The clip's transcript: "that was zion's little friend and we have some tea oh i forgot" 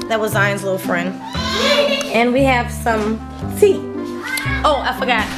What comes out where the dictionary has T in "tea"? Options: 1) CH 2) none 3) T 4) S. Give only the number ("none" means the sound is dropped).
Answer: 4